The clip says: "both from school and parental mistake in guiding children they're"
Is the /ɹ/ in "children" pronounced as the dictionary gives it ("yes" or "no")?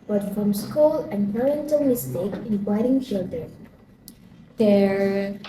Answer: no